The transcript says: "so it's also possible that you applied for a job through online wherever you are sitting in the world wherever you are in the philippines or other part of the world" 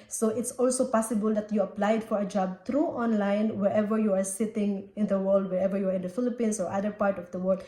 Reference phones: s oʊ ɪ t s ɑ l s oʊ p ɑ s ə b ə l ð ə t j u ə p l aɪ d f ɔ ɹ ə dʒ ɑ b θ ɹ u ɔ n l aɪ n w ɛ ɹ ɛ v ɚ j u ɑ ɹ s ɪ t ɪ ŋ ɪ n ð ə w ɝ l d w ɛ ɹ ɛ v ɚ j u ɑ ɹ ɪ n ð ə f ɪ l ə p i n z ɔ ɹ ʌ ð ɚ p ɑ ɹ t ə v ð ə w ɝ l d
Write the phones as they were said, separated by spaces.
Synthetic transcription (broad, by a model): s oʊ ɪ t s ɑ l s oʊ p ɑ s ə b ə l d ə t j u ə p l aɪ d f ɔ ɹ ə dʒ ɑ b t ɹ u ɔ n l aɪ n w ɛ ɹ ɛ v ɚ j u ɑ ɹ s ɪ t ɪ ŋ ɪ n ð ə w ɝ l d w ɛ ɹ ɛ v ɚ j u ɑ ɹ ɪ n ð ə f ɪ l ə p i n s ɔ ɹ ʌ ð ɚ p ɑ ɹ t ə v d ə w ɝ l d